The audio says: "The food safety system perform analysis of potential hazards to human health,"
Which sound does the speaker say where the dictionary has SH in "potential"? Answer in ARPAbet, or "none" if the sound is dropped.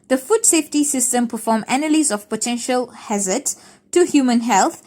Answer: SH